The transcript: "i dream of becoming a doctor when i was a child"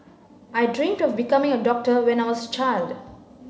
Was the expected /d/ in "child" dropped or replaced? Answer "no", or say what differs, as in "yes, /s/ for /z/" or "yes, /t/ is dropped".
no